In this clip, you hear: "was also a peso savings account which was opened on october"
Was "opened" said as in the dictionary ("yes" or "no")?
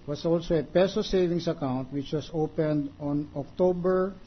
yes